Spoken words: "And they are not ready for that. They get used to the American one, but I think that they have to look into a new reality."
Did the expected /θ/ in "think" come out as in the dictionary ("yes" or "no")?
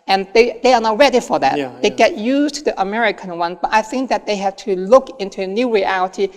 yes